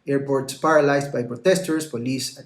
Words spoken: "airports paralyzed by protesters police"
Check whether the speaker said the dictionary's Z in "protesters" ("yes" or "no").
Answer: no